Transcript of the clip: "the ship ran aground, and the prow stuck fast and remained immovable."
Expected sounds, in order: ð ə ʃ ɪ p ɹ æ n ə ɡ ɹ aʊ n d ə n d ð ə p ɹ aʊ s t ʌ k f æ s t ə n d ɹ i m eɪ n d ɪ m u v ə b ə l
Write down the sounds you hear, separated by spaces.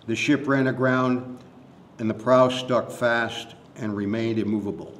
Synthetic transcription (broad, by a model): ð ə ʃ ɪ p ɹ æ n ə ɡ ɹ aʊ n d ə n ð ə p ɹ aʊ s t ʌ k f æ s t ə n ɹ i m eɪ n d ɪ m u v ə b l